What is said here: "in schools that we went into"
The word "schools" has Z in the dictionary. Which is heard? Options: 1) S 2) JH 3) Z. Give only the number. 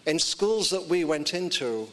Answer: 3